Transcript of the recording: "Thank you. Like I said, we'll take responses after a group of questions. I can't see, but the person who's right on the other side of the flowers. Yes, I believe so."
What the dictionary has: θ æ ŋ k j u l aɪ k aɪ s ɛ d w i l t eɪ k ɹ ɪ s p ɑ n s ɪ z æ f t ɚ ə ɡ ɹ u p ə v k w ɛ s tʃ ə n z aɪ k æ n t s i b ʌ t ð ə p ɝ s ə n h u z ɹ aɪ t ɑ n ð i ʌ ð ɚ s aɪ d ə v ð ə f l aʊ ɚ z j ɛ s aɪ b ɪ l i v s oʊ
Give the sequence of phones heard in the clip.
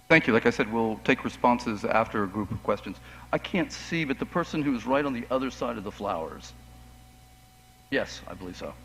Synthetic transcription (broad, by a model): θ æ ŋ k j u l aɪ k aɪ s ɛ d w i l t eɪ k ɹ ɪ s p ɑ n s ɪ z æ f t ɚ ə ɡ ɹ u p ə v k w ɛ s tʃ ə n z aɪ k æ n t s i b ʌ t ð ə p ɝ s ə n h u z ɹ aɪ t n ð i ʌ ð ɚ s aɪ d ə v ð ə f l aʊ ɚ z j ɛ s aɪ b ɪ l i v s oʊ